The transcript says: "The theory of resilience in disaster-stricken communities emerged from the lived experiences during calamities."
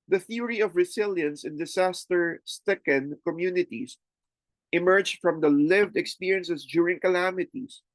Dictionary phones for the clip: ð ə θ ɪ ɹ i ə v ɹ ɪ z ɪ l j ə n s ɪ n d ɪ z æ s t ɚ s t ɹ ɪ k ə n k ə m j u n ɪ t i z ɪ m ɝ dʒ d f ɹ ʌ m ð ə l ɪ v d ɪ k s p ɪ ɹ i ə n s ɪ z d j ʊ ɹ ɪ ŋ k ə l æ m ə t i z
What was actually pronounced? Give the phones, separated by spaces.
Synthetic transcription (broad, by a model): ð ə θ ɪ ɹ i ə v ɹ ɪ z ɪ l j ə n s ɪ n d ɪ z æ s t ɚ s t ɪ k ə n k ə m j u n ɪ t i s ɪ m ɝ dʒ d f ɹ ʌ m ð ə l ɪ v d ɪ k s p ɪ ɹ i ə n s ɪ s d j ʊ ɹ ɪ ŋ k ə l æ m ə t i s